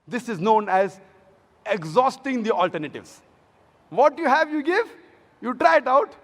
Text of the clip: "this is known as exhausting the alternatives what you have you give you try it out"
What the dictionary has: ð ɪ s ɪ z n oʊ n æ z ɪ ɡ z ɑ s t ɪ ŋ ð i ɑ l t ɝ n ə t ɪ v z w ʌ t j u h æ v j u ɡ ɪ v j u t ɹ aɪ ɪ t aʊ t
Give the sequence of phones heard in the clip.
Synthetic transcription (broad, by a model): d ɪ s ɪ z n oʊ n æ z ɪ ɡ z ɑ s t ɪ ŋ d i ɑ l t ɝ n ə t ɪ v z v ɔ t j u h æ v j u ɡ ɪ v j u t ɹ aɪ ɪ t aʊ t